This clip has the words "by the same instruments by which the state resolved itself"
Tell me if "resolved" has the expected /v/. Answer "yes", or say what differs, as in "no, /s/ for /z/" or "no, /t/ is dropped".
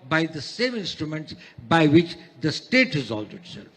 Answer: no, /v/ is dropped